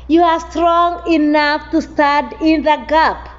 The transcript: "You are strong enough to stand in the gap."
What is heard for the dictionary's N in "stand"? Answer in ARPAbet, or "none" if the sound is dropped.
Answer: none